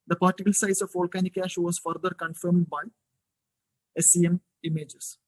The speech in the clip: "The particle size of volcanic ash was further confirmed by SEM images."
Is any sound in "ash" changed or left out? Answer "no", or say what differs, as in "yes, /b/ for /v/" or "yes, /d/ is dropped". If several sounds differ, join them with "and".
no